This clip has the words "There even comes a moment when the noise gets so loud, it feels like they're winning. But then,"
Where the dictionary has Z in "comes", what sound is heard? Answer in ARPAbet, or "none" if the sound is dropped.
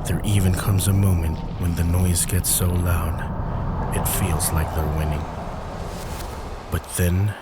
Z